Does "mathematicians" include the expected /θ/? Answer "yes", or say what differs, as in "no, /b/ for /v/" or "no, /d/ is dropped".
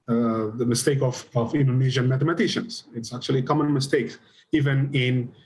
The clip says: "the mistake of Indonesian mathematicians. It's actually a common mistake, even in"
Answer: no, /t/ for /θ/